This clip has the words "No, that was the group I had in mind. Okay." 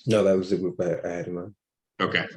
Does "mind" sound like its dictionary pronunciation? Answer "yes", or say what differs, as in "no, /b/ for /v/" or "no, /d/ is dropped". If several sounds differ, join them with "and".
no, /d/ is dropped